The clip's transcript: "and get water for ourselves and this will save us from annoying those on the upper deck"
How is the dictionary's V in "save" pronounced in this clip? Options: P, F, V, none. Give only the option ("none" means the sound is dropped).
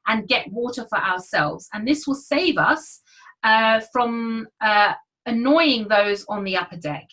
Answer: V